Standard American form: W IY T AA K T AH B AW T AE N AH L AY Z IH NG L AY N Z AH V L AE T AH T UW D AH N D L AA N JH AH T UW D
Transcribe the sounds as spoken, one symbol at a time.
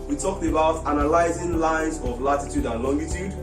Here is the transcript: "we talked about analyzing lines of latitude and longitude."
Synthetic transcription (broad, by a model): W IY T AA K T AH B AW T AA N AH L AY Z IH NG L AY N Z AH V L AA T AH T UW D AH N L AA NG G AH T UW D